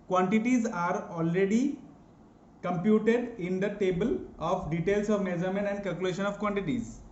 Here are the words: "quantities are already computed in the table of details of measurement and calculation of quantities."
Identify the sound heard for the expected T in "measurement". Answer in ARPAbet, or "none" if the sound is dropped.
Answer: none